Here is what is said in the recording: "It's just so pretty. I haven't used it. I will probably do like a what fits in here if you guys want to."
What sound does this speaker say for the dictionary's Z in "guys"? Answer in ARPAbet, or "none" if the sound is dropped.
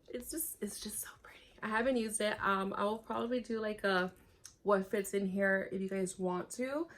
Z